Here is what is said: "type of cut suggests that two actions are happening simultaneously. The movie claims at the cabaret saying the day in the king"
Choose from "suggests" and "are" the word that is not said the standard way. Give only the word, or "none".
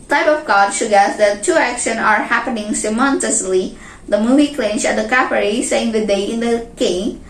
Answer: suggests